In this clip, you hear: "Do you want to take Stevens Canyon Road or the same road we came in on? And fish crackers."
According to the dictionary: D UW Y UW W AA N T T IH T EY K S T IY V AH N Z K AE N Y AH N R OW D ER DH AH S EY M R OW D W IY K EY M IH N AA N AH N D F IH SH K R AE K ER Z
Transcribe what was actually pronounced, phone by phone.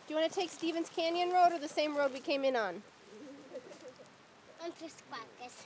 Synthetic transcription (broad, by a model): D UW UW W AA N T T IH T EY K S T IY V AH N Z K AE N Y AH N R OW D ER DH AH S EY M R OW D W IY K EY M IH N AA N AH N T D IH S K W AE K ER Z